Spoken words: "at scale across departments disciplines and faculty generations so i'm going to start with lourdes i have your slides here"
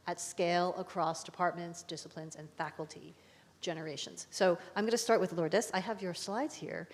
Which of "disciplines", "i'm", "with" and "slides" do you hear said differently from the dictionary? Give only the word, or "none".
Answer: none